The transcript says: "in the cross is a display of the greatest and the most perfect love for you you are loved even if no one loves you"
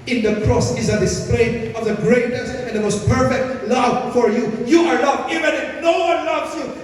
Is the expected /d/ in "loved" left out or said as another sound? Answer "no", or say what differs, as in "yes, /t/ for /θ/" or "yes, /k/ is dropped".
yes, /d/ is dropped